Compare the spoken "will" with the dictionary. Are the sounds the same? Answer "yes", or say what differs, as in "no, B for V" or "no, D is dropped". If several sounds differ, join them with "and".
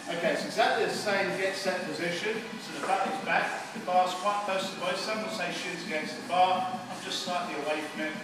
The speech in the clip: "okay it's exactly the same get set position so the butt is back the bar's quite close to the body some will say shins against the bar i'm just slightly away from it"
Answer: no, N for L